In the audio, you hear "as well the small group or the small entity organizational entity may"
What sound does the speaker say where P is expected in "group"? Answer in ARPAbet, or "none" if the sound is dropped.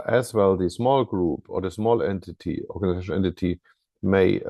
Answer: P